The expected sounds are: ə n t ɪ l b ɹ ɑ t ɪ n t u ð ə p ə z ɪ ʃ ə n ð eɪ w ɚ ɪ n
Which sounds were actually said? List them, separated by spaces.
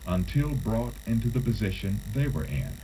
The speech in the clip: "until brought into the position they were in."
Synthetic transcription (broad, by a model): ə n t ɪ l b ɹ ɑ t ɪ n t u ð ə p ə z ɪ ʃ ə n ð eɪ w ɚ ɪ n